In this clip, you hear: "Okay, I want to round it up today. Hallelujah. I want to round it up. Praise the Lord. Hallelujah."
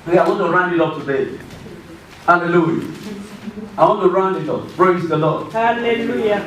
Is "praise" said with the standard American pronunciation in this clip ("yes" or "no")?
no